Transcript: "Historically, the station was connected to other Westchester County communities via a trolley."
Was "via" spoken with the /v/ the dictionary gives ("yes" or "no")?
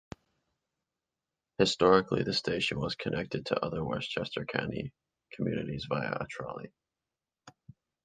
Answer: yes